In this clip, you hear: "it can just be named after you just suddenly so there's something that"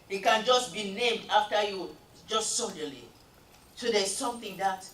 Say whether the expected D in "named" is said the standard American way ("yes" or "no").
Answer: yes